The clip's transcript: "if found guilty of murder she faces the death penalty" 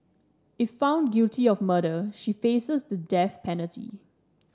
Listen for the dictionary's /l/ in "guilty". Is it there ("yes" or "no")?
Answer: no